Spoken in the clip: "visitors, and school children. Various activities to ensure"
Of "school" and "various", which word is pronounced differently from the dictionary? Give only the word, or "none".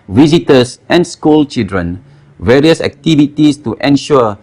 none